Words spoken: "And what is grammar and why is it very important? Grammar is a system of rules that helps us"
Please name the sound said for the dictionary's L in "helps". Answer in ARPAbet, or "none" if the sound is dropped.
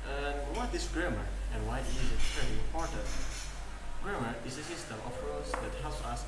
L